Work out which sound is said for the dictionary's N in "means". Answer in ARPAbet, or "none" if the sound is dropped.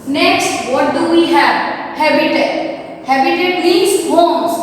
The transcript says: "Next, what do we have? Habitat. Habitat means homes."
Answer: none